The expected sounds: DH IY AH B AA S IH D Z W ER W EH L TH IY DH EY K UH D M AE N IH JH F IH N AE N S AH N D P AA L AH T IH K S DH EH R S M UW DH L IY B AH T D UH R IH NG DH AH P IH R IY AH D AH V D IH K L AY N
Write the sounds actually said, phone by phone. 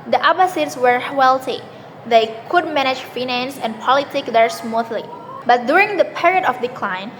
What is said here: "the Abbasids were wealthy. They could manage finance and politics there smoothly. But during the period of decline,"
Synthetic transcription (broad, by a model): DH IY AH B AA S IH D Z W ER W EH L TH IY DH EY K UH D M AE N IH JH F IH N AE N S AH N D P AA L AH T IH K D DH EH R S M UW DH L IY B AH T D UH R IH NG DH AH P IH R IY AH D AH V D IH K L AY N